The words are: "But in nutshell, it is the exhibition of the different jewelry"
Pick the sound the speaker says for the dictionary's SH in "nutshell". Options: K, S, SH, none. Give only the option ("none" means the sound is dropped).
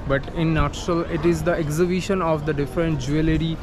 none